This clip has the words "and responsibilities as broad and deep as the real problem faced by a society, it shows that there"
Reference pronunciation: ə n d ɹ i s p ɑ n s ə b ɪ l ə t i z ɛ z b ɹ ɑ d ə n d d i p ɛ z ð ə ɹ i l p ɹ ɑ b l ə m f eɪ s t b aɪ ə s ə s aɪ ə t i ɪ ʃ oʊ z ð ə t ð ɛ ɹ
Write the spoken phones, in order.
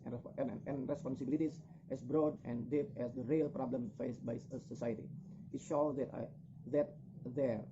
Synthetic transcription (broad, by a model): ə n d ɹ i s p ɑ n s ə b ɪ l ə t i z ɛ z b ɹ ɑ d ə n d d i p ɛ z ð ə ɹ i l p ɹ ɑ b l ə m f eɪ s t b aɪ ə s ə s aɪ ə t i ɪ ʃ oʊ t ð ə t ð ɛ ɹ